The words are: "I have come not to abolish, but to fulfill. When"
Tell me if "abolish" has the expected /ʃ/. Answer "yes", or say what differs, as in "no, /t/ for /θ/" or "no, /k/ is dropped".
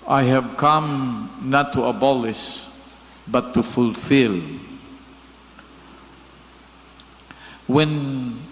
no, /s/ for /ʃ/